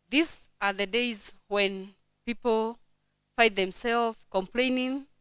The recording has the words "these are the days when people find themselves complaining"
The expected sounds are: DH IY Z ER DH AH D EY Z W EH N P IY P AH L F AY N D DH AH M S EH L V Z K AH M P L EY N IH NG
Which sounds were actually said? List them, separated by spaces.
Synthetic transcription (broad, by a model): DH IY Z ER DH AH D EY Z W EH N P IY P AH L F AY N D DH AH M S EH L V K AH M P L EY N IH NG